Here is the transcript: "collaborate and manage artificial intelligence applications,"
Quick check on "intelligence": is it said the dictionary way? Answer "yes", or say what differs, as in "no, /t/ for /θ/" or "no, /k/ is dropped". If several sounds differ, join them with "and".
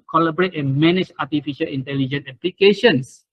no, /s/ is dropped